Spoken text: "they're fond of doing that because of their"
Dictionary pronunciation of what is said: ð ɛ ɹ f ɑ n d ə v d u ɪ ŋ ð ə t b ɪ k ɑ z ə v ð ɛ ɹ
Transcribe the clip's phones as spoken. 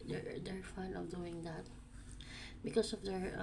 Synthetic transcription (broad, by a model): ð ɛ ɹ f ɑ n ə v d u ɪ ŋ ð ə t b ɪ k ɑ s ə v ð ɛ ɹ